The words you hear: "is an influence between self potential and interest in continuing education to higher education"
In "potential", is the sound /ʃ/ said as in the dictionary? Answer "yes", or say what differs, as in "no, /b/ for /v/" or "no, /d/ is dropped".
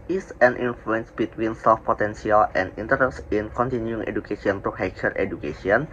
no, /s/ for /ʃ/